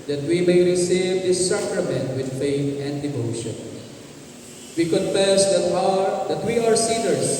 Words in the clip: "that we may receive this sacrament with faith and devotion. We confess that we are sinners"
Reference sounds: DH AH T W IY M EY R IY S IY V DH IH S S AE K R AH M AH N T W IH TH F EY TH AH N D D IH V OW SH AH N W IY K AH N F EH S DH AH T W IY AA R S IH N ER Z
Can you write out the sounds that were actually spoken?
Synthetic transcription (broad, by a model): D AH T W IY M EY R IY S IY V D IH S S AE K R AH M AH N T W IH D F EY T AH N D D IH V OW SH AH N W IY K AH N F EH S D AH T W IY AA R S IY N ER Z